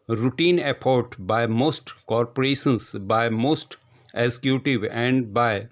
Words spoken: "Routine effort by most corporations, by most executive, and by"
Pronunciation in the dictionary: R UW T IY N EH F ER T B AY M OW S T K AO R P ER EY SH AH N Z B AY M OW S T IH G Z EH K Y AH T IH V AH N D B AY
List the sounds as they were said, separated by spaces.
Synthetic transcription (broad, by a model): R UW T IY N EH P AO T B AY M OW S T K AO R P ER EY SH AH N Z B AY M OW S T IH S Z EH K Y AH T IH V AH N D B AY